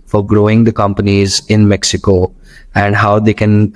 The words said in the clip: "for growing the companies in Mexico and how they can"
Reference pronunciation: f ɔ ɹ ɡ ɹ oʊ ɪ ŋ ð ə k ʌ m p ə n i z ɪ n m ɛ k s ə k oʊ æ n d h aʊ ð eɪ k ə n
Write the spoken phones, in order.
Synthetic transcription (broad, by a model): f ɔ ɹ ɡ ɹ oʊ ɪ ŋ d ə k ʌ m p ə n i z ɪ n m ɛ k s ə k oʊ æ n d h aʊ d eɪ k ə n